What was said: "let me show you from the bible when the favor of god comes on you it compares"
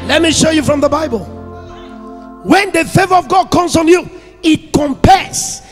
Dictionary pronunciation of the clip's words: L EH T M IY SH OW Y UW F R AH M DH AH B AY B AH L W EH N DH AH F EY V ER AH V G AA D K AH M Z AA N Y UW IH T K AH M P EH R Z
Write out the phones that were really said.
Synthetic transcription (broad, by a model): L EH T M IY SH OW Y UW F R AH M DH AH B AY B AH L W EH N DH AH F EY V ER AH V G AA D K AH M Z AA N Y UW IH T K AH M P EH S